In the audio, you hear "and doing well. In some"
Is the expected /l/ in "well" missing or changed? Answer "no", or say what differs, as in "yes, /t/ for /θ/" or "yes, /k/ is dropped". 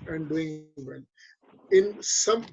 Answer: yes, /n/ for /l/